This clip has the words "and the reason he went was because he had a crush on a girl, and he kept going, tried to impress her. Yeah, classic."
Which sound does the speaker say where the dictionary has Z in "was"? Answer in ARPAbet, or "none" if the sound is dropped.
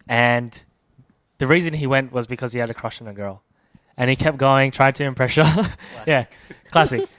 Z